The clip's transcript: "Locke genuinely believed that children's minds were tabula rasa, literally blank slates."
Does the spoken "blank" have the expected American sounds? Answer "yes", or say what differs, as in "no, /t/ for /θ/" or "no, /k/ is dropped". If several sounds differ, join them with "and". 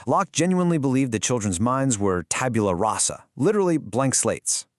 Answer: yes